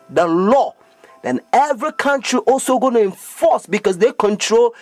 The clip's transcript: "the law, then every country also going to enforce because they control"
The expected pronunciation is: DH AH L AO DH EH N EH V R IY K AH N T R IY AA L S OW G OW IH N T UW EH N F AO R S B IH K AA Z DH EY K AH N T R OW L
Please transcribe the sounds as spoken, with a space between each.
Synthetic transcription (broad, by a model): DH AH L AO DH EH N EH V R IY K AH N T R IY AA L S OW G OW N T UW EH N F AO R S B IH K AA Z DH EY K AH N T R OW L